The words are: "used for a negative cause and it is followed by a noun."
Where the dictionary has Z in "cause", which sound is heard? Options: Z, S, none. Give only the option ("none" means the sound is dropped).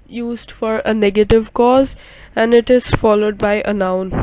Z